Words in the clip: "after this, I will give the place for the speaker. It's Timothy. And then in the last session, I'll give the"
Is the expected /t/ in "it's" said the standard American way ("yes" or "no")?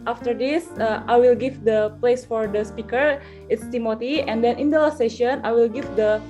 yes